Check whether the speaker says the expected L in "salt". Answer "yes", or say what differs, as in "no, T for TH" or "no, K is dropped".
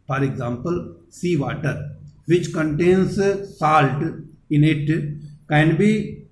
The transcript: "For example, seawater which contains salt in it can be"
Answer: yes